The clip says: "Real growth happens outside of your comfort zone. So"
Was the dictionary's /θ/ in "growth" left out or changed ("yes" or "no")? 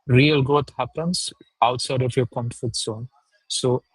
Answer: yes